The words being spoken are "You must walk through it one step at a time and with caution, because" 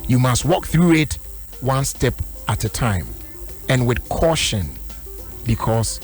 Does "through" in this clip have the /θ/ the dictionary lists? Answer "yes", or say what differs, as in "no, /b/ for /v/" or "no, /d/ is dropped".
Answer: yes